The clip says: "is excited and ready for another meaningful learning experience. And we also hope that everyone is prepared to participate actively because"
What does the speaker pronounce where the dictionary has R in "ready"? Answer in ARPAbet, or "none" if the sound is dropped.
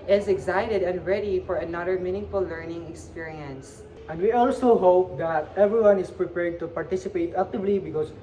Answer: R